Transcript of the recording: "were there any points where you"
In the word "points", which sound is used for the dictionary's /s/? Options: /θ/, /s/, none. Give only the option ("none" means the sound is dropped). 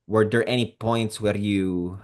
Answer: /s/